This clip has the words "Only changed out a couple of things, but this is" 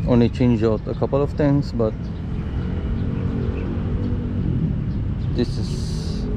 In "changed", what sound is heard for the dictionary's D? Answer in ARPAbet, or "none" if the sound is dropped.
none